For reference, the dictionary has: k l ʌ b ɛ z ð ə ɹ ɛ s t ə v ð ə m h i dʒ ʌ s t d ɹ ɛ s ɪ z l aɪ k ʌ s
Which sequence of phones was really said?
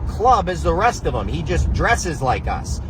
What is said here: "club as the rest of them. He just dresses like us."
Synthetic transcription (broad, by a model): k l ʌ b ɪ z ð ə ɹ ɛ s t ə v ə m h i dʒ ʌ s d ɹ ɛ s ɪ z l aɪ k ʌ s